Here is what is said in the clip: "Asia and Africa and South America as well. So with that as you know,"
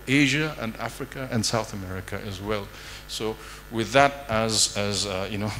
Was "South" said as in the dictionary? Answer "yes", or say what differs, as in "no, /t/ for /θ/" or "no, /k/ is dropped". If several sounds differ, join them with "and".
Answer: yes